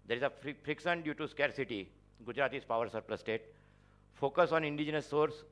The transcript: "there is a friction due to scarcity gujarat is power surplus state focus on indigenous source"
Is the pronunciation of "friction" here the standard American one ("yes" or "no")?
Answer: no